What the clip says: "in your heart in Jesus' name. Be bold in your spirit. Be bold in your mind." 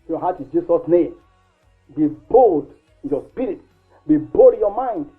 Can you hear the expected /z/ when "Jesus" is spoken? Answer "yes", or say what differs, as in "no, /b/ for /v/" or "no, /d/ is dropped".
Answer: no, /s/ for /z/